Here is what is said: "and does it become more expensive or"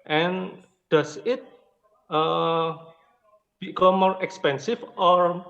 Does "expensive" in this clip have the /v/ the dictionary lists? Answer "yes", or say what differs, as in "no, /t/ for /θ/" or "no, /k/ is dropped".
no, /f/ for /v/